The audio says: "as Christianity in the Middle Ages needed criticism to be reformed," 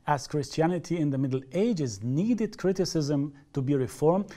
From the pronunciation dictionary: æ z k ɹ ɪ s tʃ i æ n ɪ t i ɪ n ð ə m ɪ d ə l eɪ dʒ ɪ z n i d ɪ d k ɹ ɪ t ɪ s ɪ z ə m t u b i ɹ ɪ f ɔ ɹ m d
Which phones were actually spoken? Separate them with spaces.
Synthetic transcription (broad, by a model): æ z k ɹ ɪ s tʃ i æ n ɪ t i ɪ n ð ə m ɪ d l eɪ dʒ ɪ z n i d ɪ d k ɹ ɪ t ɪ s ɪ z ə m t u b i ɹ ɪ f ɔ ɹ m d